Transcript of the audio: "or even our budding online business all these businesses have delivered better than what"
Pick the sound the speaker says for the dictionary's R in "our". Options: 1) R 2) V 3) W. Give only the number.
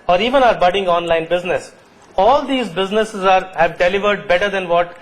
1